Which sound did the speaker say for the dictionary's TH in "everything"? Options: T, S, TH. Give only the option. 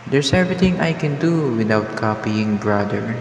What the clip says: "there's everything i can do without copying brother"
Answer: T